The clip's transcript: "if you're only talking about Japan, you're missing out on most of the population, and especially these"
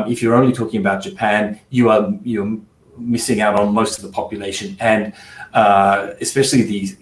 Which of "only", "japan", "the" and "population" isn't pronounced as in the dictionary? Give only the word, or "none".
none